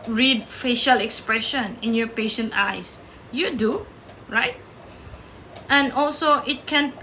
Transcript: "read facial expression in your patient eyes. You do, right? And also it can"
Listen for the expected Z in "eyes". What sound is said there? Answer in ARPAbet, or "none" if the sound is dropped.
S